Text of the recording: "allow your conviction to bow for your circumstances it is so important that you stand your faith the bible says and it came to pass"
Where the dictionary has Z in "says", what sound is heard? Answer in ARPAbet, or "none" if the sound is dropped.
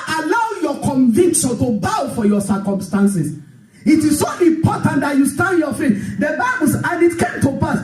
none